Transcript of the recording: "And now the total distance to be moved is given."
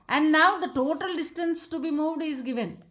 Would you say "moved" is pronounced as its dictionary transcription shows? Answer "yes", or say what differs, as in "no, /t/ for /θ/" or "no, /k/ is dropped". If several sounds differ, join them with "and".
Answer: yes